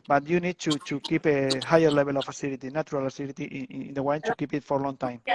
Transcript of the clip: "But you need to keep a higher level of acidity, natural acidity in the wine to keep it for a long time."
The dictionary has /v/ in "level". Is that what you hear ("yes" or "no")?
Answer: no